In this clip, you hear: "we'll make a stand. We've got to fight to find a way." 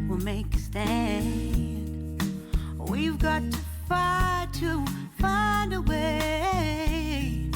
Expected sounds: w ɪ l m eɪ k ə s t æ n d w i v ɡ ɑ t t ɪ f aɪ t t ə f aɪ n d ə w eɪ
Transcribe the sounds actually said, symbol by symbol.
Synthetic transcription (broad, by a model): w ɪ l m eɪ k ə s t æ n d w i v ɡ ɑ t t ɪ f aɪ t t ə f aɪ n d ə w eɪ